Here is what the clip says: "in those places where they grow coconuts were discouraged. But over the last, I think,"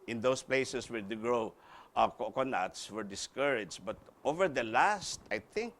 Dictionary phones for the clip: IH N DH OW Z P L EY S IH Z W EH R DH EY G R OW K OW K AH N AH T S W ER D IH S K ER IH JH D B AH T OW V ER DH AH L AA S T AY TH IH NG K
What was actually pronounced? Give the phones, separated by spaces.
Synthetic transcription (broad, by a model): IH N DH OW S P L EY S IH S W EH R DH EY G L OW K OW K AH N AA T S W ER D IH S K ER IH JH B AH T OW V ER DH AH L AA S T AY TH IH NG K